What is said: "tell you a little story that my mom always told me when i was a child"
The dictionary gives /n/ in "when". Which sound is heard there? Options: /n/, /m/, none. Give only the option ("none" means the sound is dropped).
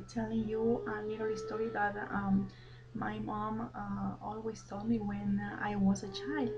/n/